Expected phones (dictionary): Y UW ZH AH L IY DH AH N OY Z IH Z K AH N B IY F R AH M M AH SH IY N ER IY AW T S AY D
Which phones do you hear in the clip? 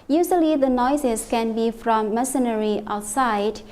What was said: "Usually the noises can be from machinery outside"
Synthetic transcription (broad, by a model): Y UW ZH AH L IY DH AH N OY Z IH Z K AH N B IY F R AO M M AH S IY N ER IY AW T S AY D